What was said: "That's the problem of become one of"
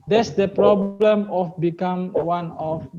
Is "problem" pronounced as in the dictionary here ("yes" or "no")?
yes